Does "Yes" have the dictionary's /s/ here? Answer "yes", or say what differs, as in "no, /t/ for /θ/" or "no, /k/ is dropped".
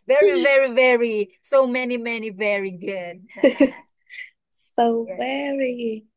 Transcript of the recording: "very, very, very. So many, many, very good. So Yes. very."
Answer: no, /s/ is dropped